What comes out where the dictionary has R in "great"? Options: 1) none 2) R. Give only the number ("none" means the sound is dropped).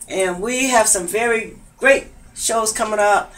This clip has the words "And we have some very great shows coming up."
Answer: 2